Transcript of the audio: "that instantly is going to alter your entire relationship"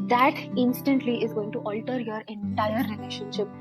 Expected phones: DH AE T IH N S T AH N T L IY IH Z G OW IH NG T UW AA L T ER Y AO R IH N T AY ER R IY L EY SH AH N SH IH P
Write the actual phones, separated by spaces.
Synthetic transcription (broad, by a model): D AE T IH N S T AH N T L IY IH Z G OW IH NG T UW AA L T ER Y AO R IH N T AY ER R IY L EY SH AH N SH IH P